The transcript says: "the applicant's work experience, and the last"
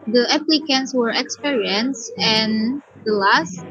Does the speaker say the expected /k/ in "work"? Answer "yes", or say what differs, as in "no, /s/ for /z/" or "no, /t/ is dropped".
no, /k/ is dropped